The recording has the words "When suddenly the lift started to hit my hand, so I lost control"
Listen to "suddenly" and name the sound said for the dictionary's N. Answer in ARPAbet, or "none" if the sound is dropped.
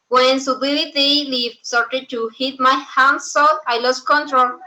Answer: none